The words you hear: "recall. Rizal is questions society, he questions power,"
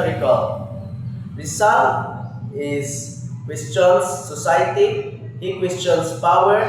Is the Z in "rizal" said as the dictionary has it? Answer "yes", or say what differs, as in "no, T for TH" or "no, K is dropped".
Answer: no, S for Z